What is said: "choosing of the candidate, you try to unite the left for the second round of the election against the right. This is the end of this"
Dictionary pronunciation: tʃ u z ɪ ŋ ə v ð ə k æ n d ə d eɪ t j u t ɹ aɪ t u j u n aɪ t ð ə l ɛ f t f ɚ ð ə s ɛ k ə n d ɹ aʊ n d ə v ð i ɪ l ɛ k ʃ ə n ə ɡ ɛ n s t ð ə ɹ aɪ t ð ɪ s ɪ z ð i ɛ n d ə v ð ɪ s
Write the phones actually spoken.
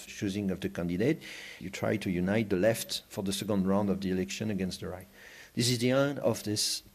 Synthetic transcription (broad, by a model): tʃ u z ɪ ŋ ə v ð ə k æ n d ə d eɪ t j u t ɹ aɪ t u j u n aɪ t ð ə l ɛ f t f ɚ ð ə s ɛ k ə n d ɹ aʊ n d ə v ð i ɪ l ɛ k ʃ ə n ə ɡ ɛ n s t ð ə ɹ aɪ t ð ɪ s ɪ z ð i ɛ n ə v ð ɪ s